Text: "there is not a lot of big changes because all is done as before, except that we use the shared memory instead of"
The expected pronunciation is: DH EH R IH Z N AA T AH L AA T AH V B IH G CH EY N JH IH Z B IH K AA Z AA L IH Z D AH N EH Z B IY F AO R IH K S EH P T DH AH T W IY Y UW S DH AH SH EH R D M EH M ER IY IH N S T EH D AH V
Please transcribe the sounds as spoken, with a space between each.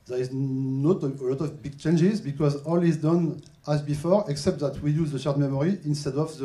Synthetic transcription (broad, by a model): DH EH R IH Z N AA T AH L AA T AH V B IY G CH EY N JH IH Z B IH K AA Z AA L IH Z D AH N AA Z B IY F AO R IH K S EH P T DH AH T W IY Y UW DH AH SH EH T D M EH M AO IY IH N S T EH D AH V